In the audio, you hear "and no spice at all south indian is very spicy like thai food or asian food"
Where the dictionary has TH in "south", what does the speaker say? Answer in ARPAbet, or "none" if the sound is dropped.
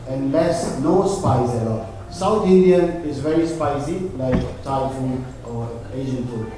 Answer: T